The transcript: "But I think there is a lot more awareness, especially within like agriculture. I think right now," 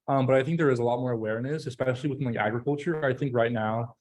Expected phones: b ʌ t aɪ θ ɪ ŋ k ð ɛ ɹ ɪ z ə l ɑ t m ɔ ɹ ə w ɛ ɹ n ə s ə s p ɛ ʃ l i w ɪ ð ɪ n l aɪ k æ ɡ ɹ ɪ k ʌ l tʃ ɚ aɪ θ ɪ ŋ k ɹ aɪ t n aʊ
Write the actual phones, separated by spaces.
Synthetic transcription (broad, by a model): b ʌ t aɪ θ ɪ ŋ k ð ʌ ɹ ɪ z ə l ɑ t m ɔ ɹ ə w ɛ ɹ n ə s ə s p ɛ ʃ l i w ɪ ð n l aɪ k æ ɡ ɹ ɪ k ʌ l tʃ ɚ aɪ θ ɪ ŋ k ɹ aɪ t n aʊ